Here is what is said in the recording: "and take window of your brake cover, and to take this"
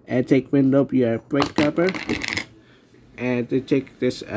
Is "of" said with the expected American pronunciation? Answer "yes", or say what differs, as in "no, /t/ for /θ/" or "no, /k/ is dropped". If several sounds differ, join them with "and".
no, /p/ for /v/